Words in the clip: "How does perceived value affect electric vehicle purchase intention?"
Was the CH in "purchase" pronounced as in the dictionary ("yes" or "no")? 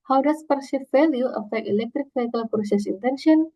no